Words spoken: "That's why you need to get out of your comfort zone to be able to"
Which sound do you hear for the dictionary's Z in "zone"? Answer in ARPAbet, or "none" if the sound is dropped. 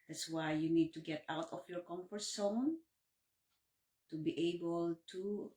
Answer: S